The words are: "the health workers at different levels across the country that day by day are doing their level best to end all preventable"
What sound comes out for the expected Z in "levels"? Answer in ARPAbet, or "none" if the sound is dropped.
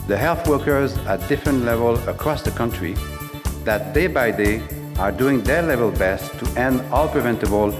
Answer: none